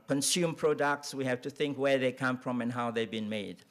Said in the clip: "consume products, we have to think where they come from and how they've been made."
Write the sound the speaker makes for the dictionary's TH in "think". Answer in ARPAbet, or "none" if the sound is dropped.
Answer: TH